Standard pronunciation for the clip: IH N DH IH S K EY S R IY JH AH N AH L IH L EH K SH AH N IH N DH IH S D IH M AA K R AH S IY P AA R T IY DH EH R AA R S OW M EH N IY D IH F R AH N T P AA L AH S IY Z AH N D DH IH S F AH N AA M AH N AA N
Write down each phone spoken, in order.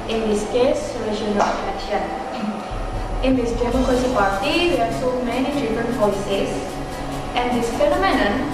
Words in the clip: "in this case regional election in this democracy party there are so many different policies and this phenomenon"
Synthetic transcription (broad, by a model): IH N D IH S K EY S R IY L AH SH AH N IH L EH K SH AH N IH N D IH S D IH M AA K R AH S IY P AA R T IY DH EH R AA R S OW M EH N IY D IH F R AH N T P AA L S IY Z AH N D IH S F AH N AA M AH N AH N